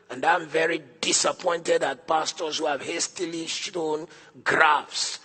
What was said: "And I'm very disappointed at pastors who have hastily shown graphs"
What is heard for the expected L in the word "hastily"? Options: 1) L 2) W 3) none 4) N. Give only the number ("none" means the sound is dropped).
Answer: 1